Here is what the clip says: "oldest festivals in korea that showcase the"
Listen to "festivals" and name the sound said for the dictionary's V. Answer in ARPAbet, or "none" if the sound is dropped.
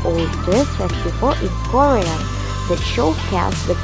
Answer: F